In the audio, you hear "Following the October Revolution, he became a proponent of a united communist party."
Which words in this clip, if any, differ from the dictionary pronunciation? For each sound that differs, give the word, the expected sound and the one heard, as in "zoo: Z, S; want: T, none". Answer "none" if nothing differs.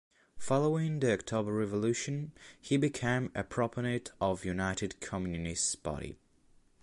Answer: proponent: N, none; party: P, B